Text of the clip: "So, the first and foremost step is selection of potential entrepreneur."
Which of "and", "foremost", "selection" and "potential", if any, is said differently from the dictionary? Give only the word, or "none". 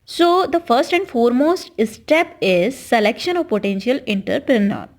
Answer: none